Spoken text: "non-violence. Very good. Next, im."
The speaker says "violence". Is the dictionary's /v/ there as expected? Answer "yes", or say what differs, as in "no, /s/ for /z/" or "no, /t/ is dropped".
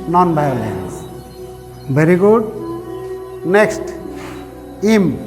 no, /b/ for /v/